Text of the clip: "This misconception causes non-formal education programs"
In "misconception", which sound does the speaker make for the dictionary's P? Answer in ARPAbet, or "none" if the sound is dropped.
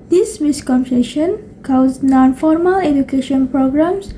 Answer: none